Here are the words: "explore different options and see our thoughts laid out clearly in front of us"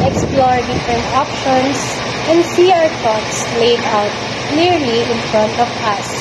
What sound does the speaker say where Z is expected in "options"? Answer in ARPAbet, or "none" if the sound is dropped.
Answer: S